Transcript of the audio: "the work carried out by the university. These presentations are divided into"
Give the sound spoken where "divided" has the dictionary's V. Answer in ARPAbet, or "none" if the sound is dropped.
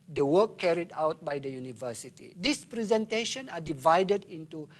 V